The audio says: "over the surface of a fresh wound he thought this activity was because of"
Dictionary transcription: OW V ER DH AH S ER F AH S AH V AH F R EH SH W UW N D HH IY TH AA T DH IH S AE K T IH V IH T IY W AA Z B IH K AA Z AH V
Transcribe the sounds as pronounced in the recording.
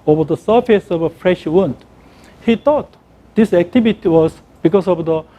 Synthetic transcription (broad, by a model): OW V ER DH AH S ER F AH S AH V AH F R EH SH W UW N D HH IY T AA T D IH S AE K T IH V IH T IY W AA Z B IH K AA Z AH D